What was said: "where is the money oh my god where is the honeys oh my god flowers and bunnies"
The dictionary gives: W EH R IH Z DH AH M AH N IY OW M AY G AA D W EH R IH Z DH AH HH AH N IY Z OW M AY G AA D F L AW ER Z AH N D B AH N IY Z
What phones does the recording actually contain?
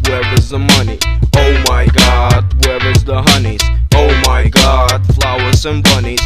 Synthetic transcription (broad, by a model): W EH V IH Z DH AH M AH N IY OW M AY G AA D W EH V IH Z DH AH HH AH N IY Z OW M AY G AA D F L AW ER S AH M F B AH N IY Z